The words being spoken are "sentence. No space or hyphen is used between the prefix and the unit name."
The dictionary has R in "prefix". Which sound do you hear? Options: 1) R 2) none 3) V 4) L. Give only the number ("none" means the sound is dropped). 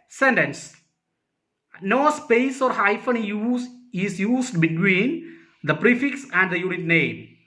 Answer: 1